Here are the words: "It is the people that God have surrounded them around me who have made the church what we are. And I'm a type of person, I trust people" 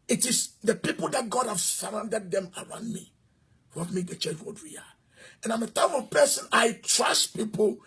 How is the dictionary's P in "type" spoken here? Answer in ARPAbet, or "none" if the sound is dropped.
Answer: F